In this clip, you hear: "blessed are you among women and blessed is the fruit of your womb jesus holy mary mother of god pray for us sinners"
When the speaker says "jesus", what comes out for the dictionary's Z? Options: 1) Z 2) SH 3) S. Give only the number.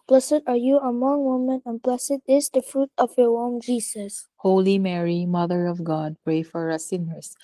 3